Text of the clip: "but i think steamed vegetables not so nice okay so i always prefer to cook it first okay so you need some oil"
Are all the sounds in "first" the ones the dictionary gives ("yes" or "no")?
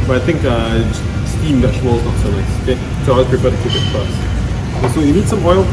no